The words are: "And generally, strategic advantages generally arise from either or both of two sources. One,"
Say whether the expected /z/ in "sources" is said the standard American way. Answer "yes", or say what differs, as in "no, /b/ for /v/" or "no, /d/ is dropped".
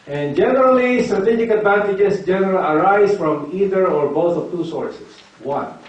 no, /s/ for /z/